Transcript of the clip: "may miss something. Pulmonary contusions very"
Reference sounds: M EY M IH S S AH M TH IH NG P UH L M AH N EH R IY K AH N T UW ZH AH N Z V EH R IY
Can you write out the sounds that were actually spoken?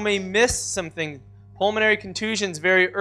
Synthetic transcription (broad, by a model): M EY M IH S S AH M TH IH NG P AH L M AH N EH R IY K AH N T UW ZH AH N Z V EH R IY